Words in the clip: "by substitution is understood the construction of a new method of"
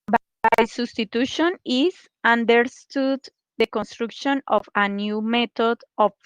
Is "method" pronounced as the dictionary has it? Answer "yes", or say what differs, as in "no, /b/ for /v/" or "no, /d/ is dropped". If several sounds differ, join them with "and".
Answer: no, /t/ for /θ/